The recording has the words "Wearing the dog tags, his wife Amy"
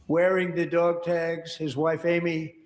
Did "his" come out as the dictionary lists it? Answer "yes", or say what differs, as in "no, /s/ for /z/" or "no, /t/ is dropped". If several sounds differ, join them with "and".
yes